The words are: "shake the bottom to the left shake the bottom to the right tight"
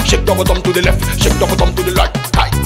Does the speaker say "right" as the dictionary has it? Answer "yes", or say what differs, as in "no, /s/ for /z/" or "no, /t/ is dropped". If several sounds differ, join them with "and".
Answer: no, /l/ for /ɹ/